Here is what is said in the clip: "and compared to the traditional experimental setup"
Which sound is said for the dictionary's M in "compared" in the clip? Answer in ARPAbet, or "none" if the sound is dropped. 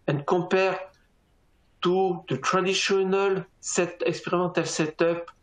none